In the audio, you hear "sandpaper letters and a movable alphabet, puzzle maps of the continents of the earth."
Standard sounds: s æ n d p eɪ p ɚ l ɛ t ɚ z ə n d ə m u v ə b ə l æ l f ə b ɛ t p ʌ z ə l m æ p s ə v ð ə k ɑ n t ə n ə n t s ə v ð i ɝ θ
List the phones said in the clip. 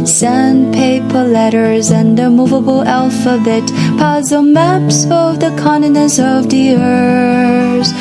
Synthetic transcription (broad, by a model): s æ n p eɪ p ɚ l ɛ t ɚ z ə n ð ə m u v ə b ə l æ l f ə b ɛ t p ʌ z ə m æ p s ə v ð ə k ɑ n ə n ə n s ə v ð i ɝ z